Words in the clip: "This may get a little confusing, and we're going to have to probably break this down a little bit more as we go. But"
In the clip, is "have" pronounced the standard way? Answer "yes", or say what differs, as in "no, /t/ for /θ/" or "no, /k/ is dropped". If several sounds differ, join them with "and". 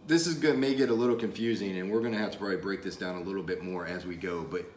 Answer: no, /f/ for /v/